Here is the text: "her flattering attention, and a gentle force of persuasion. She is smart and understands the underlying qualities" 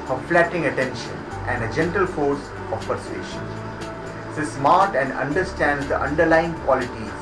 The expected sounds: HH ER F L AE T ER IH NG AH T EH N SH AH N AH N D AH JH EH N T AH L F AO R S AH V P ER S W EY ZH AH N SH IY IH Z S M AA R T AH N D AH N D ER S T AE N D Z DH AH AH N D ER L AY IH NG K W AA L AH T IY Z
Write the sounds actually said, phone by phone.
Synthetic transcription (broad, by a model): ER F L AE T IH NG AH T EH N SH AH N AH N D AH JH EH N T AH L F AO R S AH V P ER S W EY SH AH N S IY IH S M AA R T AH N D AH N D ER S T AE N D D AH AH N D ER L AY IH NG K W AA L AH T IY